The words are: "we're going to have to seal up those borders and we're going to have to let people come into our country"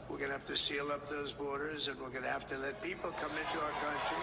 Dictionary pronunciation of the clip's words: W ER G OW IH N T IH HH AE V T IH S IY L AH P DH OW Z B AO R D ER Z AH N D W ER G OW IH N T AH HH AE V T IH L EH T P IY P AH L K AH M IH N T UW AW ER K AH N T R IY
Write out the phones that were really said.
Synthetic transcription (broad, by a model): W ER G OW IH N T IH HH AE F T IH S IY L AH P DH OW Z B AO R D ER Z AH N W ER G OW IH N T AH HH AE F T IH L EH T P IY P L K AH M IH N T UW AW ER K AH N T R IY